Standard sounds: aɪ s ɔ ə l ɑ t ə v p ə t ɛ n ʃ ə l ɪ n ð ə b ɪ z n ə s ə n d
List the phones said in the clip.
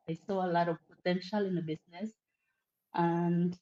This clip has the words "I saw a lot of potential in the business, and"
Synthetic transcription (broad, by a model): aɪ s ɔ ə l ɑ t ə v p ə t ɛ n ʃ ə l ɪ n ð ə b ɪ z n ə s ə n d